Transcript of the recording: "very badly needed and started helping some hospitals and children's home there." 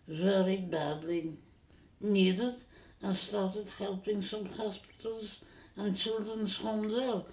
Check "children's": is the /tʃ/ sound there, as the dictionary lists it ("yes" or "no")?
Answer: yes